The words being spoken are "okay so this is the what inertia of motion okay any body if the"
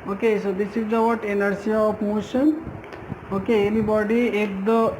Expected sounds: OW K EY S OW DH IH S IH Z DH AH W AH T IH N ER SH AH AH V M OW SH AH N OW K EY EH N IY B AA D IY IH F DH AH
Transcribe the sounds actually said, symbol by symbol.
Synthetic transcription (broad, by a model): OW K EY S OW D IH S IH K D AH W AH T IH N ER S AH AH P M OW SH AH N OW K EY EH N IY B AA D IY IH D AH